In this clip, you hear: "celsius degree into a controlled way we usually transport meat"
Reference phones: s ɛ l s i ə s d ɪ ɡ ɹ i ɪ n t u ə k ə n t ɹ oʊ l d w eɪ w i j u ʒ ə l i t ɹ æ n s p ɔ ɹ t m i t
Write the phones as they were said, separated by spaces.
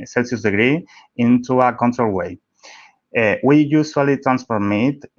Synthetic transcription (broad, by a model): s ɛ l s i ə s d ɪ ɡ ɹ i ɪ n t u ə k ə n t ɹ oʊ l w eɪ w i j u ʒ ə l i t ɹ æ n s f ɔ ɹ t m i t